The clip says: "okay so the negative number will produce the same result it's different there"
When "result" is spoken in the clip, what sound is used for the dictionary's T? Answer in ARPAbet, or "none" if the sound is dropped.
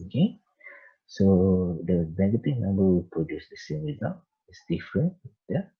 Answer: none